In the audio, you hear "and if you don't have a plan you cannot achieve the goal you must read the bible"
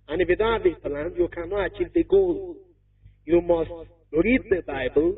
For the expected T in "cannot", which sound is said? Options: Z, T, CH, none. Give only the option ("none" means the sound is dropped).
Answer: none